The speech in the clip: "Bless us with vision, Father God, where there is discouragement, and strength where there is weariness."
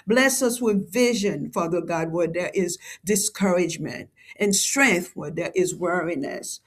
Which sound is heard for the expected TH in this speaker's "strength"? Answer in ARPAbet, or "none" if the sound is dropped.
TH